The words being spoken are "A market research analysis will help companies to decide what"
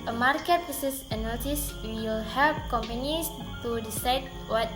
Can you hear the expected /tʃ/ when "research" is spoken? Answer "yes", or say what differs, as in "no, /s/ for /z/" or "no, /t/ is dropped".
no, /s/ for /tʃ/